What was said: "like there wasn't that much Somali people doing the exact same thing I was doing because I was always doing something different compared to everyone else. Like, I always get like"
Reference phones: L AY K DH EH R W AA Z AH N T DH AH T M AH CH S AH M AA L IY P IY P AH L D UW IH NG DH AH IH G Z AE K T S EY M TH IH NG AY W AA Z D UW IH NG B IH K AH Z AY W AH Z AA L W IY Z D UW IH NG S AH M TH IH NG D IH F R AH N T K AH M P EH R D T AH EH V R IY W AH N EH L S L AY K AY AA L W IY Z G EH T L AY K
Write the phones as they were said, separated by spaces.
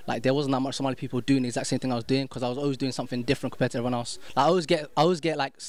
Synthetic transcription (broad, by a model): L AY K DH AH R W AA Z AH N DH AH T M AH CH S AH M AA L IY P IY P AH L D UW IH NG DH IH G Z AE K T S EY M TH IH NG AY W AA Z D UW IH NG K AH Z AY W AH Z AA L W IY Z D UW IH NG S AH M TH IH NG D IH F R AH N K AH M P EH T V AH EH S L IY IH AO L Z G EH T AY AA L W IY Z G EH T L AY K